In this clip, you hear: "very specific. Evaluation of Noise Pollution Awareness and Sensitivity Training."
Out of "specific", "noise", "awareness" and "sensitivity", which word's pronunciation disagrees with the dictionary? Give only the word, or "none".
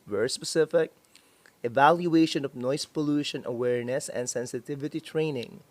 noise